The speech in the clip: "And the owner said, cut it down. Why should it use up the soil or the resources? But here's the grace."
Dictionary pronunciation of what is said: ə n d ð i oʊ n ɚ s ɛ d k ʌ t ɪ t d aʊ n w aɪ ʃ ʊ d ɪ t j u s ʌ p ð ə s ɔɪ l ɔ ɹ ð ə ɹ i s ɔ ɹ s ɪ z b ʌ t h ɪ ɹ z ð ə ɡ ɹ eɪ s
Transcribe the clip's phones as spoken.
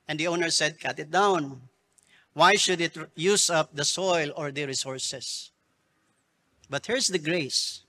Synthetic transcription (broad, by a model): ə n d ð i oʊ n ɚ s ɛ d k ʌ t ɪ t d aʊ n w aɪ ʃ ʊ d ɪ t j u s ʌ p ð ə s ɔɪ l ɔ ɹ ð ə ɹ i s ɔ ɹ s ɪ s b ʌ t h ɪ ɹ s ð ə ɡ ɹ eɪ s